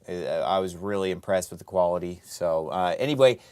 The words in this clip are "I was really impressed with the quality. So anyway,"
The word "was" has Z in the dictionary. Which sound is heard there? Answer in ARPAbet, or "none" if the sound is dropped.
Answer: Z